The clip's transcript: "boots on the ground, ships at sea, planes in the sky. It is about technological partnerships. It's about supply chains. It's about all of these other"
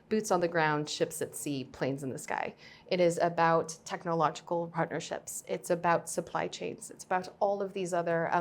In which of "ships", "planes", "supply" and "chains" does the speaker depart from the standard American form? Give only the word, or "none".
none